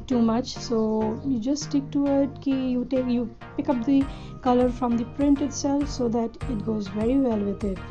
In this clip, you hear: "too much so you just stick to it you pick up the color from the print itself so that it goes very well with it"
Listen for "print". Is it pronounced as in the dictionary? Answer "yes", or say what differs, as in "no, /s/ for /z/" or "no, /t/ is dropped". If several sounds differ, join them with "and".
yes